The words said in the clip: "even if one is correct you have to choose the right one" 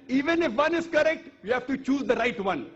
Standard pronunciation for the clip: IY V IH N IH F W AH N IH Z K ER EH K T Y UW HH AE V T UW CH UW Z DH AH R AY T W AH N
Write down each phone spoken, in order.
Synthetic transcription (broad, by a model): IY V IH N IH F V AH N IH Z K ER EH K T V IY HH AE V T UW CH UW Z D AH R AY T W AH N